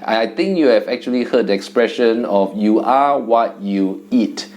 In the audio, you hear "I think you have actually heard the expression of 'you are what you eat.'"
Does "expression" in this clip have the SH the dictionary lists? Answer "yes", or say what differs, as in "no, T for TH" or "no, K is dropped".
yes